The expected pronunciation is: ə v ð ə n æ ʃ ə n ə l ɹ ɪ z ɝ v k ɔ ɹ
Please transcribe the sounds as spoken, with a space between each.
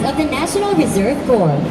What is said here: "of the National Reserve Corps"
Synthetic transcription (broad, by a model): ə v ð ə n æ ʃ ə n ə l ɹ ɪ z ɝ v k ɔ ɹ